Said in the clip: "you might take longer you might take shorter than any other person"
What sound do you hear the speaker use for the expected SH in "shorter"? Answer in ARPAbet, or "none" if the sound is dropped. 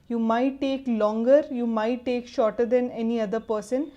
SH